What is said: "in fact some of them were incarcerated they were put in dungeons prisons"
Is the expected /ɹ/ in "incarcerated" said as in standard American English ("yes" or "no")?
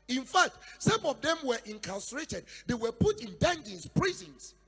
no